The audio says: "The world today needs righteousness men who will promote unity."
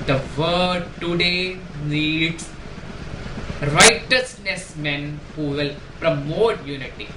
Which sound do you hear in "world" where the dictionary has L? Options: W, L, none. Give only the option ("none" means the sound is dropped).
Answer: none